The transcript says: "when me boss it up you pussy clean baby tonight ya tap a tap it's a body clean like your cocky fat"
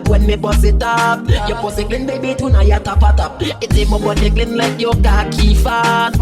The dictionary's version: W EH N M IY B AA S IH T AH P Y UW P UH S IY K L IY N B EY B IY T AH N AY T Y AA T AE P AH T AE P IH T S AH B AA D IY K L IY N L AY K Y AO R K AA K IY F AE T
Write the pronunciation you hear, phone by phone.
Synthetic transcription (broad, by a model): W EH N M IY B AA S IH T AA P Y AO B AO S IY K L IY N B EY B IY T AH N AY Y AA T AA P AH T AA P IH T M AH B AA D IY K L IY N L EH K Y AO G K AA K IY F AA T